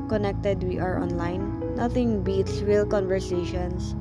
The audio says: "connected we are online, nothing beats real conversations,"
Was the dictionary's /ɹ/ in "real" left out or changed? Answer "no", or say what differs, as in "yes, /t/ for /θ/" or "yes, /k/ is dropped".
yes, /w/ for /ɹ/